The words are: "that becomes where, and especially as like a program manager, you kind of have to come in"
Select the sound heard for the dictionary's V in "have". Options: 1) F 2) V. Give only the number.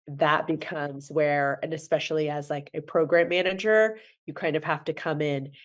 1